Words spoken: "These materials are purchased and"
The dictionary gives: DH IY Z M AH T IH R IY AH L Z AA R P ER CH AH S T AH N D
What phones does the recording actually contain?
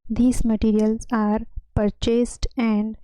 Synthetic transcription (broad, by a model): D IY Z M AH T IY R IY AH L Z AA R P ER CH AH S T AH N D